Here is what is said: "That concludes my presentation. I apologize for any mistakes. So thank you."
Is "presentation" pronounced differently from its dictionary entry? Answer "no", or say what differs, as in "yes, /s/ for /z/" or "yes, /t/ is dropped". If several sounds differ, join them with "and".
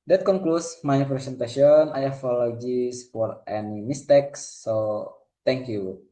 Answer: yes, /s/ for /z/